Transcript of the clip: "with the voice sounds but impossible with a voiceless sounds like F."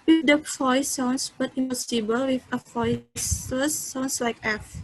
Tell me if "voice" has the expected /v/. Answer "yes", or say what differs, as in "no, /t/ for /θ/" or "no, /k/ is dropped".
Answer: no, /f/ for /v/